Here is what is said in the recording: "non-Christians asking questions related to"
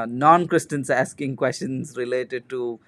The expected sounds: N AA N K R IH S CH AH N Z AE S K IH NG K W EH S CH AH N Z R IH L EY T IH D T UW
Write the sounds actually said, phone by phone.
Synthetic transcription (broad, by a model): N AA N K R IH S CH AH N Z AE S K IH NG K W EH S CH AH N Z R IH L EY T IH D T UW